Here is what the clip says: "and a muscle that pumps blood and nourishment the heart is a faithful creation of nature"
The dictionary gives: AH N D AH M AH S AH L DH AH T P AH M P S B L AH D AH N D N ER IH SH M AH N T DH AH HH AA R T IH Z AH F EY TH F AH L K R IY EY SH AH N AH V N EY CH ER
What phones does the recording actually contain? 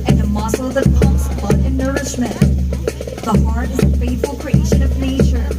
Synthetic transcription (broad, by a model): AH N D AH M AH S L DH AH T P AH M S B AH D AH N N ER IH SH M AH N T DH AH HH AA R T IH Z AH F EY T F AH L K R IY EY SH AH N AH V N EY CH ER